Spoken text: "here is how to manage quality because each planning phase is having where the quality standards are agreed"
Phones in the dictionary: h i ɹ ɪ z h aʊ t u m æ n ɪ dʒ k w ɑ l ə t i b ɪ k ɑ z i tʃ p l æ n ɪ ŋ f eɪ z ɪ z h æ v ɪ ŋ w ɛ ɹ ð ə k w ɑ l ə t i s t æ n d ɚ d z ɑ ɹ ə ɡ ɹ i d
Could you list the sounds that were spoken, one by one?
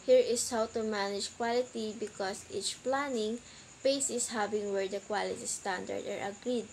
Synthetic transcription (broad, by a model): h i ɹ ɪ s h aʊ t u m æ n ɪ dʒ k w ɑ l ə t i b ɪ k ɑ s i tʃ p l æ n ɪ ŋ p eɪ s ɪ s h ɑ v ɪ ŋ w ɛ ɹ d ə k w ɑ l ə t i s t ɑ n d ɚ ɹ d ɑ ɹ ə ɡ ɹ i d